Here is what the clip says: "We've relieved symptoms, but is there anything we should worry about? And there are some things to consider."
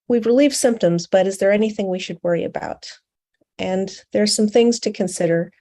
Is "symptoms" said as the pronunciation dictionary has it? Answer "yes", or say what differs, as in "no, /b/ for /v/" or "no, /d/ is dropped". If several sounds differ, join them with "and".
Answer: yes